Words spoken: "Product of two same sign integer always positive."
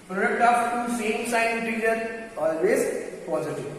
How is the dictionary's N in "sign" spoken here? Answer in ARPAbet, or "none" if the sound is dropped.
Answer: none